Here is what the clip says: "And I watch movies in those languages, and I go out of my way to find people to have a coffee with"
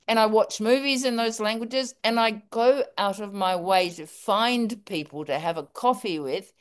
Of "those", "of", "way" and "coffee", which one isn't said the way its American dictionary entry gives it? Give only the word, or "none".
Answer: none